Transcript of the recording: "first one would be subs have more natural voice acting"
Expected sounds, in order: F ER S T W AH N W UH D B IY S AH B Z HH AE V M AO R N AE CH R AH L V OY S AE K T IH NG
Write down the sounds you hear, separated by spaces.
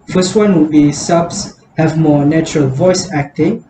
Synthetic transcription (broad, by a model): F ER S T W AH N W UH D B IY S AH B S HH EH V M AO N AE CH R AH L V OY S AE K T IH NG